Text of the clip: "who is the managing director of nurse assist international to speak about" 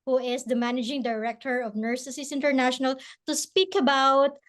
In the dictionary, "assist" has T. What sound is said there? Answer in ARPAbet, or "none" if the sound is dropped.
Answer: none